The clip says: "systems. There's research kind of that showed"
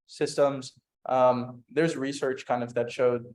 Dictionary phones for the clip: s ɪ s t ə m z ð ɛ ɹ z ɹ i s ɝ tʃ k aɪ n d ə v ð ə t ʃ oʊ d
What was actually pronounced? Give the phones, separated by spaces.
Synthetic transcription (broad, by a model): s ɪ s t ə m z ð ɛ ɹ z ɹ i s ɝ tʃ k aɪ n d ə v ð ə t ʃ oʊ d